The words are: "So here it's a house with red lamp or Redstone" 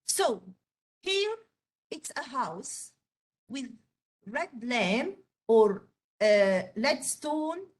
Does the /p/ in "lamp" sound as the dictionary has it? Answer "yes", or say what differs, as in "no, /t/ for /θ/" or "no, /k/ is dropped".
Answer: no, /p/ is dropped